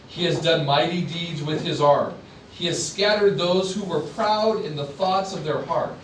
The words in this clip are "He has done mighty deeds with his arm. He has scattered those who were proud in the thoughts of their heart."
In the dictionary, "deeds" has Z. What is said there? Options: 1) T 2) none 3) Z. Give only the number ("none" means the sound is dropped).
3